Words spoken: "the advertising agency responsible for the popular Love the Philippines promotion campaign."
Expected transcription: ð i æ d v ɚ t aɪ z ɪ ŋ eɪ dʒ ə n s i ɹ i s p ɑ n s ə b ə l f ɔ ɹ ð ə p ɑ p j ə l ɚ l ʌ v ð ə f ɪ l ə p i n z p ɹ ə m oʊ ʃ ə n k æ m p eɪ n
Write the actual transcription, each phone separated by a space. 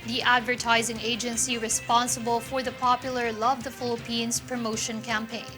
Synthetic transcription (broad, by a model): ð i æ d v ɚ t aɪ z ɪ ŋ eɪ dʒ ə n s i ɹ i s p ɑ n s ə b ə l f ɔ ɹ ð ə p ɑ p j ə l ɚ l ʌ v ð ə f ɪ l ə p i n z p ɹ ə m oʊ ʃ ə n k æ m p eɪ n